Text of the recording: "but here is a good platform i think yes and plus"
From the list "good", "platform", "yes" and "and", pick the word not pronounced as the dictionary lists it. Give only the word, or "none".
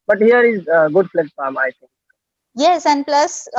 platform